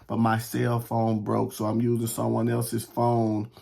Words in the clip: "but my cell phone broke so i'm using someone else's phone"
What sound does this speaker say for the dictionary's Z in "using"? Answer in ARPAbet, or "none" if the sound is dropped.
Z